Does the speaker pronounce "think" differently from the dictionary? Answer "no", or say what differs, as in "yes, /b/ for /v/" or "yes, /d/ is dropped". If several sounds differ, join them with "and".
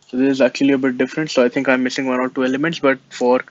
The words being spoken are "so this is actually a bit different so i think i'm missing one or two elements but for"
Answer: yes, /t/ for /θ/